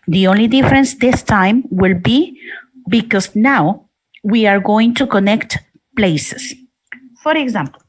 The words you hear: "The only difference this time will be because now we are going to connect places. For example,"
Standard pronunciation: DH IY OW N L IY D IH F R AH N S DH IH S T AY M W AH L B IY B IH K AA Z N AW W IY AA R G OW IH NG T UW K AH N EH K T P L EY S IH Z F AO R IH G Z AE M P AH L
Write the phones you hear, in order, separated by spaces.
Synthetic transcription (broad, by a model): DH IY OW N L IY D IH F R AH N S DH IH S T AY M W AH L B IY B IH K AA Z N AW W IY AA R G OW IH NG T UW K AH N EH K T P L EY S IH S F AO R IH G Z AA M P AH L